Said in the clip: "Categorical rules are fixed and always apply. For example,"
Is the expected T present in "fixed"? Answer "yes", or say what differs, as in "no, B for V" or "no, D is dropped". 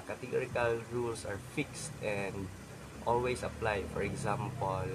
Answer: yes